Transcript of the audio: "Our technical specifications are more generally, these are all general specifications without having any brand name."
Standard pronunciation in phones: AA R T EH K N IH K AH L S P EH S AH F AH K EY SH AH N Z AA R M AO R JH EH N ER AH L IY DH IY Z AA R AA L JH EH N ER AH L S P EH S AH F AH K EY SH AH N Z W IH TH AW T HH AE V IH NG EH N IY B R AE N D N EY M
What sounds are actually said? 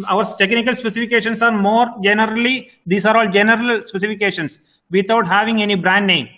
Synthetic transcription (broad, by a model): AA R T EH K N IH K AH L S P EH S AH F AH K EY SH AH N S AA R M AO R JH EH N ER AH L IY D IY S AA R AA L JH EH N ER AH L S P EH S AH F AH K EY SH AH N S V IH T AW T HH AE V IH NG EH N IY B R AE N D N EY M